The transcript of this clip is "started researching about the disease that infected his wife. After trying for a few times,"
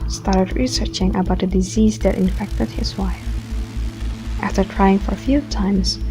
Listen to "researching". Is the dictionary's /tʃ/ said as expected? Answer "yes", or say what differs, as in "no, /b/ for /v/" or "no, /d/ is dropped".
yes